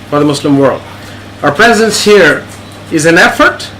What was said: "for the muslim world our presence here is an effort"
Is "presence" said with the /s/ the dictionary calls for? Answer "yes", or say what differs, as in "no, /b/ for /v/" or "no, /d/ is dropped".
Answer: yes